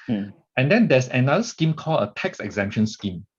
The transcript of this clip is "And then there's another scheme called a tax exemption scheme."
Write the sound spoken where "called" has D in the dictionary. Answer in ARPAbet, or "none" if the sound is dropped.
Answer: none